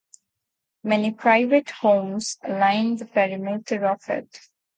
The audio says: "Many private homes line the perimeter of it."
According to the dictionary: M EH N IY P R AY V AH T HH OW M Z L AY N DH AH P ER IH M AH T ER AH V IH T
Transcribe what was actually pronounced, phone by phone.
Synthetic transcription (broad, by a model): M EH N IY P R AY V AH T HH OW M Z L AY N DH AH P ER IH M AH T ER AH F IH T